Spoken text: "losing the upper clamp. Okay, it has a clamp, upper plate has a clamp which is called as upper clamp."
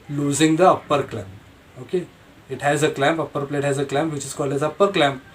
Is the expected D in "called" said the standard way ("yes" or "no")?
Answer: no